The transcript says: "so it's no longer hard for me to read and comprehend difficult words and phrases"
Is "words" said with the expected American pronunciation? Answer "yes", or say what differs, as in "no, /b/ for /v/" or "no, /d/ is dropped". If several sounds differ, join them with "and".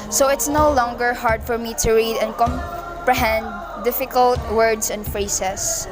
no, /s/ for /z/